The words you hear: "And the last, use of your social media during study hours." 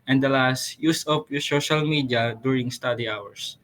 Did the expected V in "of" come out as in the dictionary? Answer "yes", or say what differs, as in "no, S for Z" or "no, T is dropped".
no, P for V